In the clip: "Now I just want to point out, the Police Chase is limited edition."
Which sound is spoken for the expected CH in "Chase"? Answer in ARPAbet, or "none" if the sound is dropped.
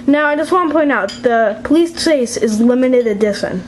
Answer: S